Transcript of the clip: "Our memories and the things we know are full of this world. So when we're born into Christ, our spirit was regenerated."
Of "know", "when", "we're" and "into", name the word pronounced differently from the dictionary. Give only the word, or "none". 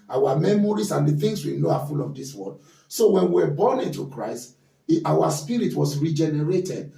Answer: we're